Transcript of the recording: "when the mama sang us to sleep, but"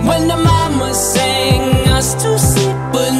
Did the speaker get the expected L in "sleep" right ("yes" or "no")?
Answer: no